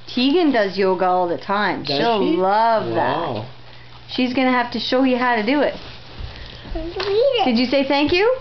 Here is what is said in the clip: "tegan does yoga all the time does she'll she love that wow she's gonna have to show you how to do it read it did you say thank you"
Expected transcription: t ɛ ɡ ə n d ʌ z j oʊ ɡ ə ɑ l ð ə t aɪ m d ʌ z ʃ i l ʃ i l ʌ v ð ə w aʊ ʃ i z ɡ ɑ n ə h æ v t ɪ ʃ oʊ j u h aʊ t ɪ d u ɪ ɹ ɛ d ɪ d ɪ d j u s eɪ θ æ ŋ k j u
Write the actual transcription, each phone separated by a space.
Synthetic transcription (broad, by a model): t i ɡ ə n d ʌ z j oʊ ɡ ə ɑ l ð ə t aɪ m ʃ i l l ʌ v ð ə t ʃ i z ɡ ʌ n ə h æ f t ɪ ʃ oʊ j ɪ h aʊ t ɪ d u ɪ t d ɪ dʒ ɪ s eɪ θ æ ŋ k j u